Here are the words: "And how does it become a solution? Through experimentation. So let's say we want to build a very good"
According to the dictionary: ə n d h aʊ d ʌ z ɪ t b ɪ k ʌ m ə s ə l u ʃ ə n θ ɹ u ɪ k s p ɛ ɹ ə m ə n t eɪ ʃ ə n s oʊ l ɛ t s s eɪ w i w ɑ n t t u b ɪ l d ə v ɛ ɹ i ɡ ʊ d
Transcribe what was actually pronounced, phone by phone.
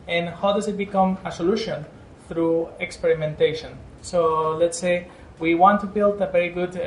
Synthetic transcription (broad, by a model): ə n h aʊ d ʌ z ɪ t b ɪ k ʌ m ə s ə l u ʃ ə n θ ɹ u ɪ k s p ɛ ɹ ə m ə n t eɪ ʃ ə n s oʊ l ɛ t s s eɪ w i w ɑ n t t u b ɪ l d ə v ɛ ɹ i ɡ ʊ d